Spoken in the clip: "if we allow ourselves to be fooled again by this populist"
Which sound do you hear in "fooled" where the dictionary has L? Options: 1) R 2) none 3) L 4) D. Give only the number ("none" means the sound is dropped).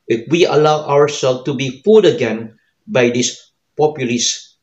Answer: 2